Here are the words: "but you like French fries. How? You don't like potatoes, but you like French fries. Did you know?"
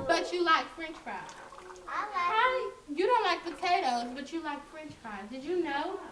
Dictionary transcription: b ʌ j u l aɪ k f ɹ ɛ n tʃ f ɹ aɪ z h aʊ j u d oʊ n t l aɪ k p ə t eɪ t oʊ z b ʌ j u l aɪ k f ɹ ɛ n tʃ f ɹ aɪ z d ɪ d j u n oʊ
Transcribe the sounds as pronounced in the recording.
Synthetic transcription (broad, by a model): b ʌ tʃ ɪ l aɪ k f ɹ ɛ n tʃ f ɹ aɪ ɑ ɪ j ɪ d oʊ n t l aɪ k p ə t eɪ t oʊ z b ʌ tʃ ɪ l aɪ k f ɹ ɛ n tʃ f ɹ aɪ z d ɪ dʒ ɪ n oʊ